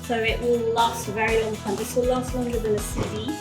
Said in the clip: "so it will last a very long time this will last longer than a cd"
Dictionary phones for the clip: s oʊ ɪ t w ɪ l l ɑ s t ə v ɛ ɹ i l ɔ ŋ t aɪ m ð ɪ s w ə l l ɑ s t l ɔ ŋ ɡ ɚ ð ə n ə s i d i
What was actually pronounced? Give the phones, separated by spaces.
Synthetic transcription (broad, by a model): s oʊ ɪ t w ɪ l l ɑ s t v ɛ ɹ i l ɔ ŋ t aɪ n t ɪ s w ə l l ɑ s t w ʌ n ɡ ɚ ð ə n ə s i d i